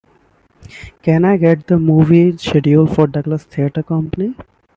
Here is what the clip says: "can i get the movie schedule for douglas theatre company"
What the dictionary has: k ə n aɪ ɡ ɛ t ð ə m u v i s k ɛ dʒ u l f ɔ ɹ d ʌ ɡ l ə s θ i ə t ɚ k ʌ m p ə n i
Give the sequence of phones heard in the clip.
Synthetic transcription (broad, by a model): k ə n aɪ ɡ ɛ t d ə m u v i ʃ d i u l f ɔ ɹ d ʌ ɡ l ə s t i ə t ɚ k ʌ m p ə n i